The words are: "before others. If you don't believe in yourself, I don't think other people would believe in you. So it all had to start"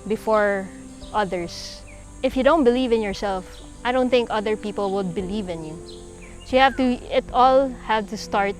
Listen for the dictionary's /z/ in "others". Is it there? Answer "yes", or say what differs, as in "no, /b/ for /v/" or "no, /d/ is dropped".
no, /s/ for /z/